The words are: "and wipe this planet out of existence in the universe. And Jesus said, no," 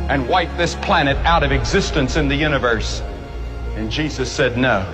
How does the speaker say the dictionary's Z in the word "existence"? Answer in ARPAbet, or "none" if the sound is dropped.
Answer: Z